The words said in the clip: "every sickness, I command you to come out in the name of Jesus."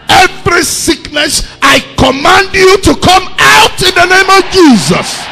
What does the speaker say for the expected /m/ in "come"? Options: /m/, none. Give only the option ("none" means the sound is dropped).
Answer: /m/